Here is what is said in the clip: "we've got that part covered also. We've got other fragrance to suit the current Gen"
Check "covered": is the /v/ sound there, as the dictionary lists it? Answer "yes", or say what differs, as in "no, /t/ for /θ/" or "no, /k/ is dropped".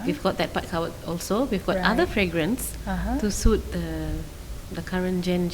no, /w/ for /v/